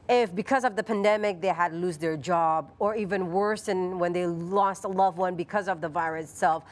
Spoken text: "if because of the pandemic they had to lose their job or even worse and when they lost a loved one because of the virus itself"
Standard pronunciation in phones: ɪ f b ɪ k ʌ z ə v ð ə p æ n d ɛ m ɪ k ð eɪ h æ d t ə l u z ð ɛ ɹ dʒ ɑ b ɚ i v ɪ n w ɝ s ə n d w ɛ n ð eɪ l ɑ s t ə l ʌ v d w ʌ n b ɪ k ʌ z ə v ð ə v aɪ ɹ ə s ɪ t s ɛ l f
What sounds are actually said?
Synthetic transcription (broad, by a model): ɪ f b ɪ k ʌ z ə v ð ə p æ n d ɛ m ɪ k ð eɪ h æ d l u z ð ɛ ɹ dʒ ɑ b ɚ i v ɪ n w ɝ s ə n w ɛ n ð eɪ l ɑ s t ə l ʌ v w ʌ n b ɪ k ʌ z ə v ð ə v aɪ ɹ ə s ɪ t s ɛ l f